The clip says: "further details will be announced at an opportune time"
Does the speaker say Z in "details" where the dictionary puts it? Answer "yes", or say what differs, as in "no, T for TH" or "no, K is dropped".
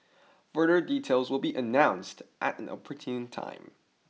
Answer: yes